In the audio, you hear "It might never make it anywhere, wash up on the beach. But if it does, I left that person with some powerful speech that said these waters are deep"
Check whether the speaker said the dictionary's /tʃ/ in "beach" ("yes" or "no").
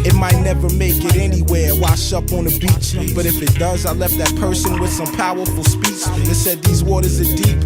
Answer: yes